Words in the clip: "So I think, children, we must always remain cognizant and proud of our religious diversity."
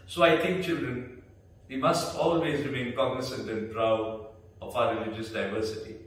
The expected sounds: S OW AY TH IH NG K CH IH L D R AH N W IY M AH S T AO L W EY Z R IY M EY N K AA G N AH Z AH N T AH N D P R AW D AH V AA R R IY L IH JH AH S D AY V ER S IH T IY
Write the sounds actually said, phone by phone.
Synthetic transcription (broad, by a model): S OW AY T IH NG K CH IH L D R AH N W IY M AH S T AO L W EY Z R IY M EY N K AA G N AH S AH N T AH N P R AW D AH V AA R R IY L IH JH AH S D AY V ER S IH T IY